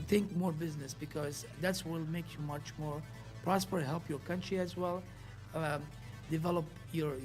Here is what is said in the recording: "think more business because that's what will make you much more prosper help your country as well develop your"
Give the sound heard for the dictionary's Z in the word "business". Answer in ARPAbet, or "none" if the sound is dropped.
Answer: Z